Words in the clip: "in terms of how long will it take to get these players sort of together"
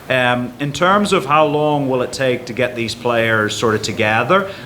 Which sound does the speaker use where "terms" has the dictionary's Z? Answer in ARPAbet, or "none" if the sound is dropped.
Z